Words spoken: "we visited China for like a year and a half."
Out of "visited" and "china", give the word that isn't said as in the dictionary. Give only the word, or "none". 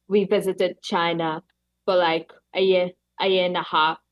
none